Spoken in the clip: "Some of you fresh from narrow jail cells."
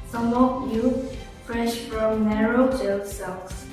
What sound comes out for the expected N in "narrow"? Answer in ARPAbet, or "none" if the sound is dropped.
N